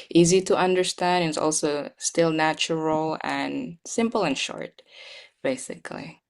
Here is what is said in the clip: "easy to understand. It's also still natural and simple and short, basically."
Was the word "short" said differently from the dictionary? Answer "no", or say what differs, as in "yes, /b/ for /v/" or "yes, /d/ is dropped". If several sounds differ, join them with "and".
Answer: no